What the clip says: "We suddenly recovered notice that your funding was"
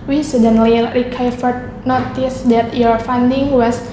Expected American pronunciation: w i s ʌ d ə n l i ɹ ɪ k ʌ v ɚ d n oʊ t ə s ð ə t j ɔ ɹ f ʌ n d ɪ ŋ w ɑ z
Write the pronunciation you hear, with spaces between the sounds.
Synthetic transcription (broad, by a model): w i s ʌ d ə n l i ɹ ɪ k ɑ f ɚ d n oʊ t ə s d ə t j ɔ ɹ f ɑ n d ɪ ŋ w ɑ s